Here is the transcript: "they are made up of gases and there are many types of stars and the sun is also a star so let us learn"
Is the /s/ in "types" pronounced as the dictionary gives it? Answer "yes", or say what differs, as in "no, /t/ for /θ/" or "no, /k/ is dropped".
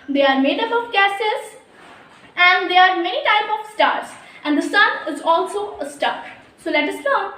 no, /s/ is dropped